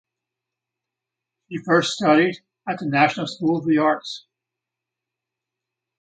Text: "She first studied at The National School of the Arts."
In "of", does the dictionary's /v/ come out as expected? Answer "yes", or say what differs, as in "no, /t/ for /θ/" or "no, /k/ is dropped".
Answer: yes